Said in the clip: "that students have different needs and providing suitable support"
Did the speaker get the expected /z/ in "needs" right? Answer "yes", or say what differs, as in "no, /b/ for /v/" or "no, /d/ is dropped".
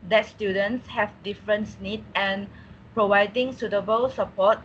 no, /z/ is dropped